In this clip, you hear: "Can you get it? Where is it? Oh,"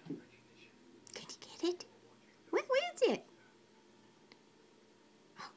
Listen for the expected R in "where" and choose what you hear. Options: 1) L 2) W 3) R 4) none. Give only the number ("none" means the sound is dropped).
2